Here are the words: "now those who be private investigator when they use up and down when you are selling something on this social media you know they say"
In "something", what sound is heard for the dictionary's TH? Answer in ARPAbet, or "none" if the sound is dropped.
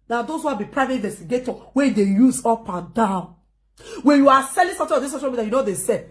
T